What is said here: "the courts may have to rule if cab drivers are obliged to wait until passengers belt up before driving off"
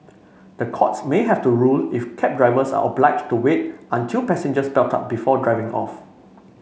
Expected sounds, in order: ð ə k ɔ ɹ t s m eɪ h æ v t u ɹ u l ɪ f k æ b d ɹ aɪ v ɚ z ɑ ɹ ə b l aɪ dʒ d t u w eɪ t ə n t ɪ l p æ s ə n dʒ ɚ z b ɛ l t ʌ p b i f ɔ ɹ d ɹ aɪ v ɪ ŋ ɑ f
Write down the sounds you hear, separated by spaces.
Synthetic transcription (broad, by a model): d ə k ɔ t s m eɪ h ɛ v t u ɹ u l ɪ f k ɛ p d ɹ aɪ v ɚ s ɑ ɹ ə b l aɪ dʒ t u w eɪ t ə n t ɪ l p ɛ s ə n dʒ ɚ s b ɛ l t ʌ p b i f ɔ d ɹ aɪ v ɪ ŋ ɑ f